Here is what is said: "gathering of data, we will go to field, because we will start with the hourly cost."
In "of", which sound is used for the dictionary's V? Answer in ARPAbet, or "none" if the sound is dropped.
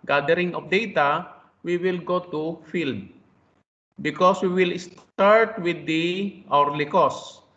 P